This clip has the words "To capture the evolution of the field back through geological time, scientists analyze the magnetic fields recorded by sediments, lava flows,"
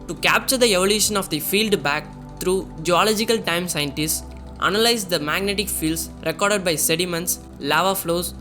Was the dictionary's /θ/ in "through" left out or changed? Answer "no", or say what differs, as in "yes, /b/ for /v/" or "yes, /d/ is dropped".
yes, /t/ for /θ/